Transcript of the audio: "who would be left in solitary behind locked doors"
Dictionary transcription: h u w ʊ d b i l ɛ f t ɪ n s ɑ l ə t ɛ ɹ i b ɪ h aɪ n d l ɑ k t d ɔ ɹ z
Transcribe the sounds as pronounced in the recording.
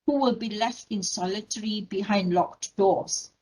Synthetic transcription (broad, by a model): h u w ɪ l b i l ɛ f t ɪ n s ɑ l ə t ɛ ɹ i b ɪ h aɪ n d l ɑ k t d ɔ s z